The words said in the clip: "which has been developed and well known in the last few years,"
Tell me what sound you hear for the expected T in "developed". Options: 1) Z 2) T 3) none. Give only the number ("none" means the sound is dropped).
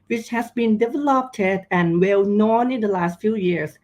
2